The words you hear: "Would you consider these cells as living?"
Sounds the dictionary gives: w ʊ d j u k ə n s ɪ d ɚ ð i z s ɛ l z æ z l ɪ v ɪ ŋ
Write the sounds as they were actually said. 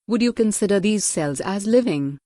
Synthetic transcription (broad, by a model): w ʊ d j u k ə n s ɪ d ɚ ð i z s ɛ l z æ z l ɪ v ɪ ŋ